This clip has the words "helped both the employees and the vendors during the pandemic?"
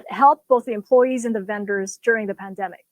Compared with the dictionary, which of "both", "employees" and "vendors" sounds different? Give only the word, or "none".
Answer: none